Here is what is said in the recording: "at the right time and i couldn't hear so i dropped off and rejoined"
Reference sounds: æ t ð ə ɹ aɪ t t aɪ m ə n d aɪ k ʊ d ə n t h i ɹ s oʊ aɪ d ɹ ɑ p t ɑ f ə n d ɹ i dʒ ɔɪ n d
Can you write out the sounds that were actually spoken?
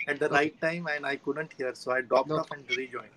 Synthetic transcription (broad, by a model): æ t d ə ɹ aɪ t t aɪ m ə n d aɪ k ʊ d ə n t h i ɹ s oʊ aɪ d ɹ ɑ p t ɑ p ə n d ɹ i dʒ ɔɪ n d